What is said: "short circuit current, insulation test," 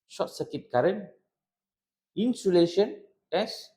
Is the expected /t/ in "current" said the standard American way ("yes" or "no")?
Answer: no